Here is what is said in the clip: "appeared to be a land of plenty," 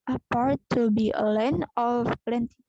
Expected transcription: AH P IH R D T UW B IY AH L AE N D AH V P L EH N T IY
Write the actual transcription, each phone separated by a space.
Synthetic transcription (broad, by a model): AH P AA R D T UW B IY AH L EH N AH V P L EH N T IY